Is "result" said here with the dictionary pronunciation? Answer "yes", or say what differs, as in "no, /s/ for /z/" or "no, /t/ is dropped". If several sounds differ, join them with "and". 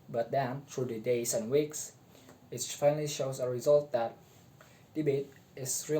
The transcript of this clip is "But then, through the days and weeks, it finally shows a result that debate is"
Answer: yes